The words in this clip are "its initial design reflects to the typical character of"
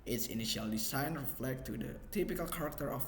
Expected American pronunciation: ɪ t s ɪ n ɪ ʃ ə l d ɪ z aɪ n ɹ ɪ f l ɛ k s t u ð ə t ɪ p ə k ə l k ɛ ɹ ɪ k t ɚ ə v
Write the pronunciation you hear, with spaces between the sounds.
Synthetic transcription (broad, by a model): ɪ t s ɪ n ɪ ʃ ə l d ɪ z aɪ n ɹ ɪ f l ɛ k t u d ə t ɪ p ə k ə l k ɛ ɹ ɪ k t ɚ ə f